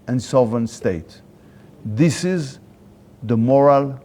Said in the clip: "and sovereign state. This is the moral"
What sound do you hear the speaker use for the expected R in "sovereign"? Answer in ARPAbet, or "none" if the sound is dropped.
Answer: none